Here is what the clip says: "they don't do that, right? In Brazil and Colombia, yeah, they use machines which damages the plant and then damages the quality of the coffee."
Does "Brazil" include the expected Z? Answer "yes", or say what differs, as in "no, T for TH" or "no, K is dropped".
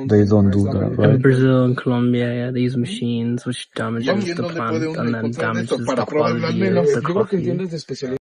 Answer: yes